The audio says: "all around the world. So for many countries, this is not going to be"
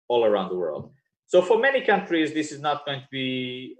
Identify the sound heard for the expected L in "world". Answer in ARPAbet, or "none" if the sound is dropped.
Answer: L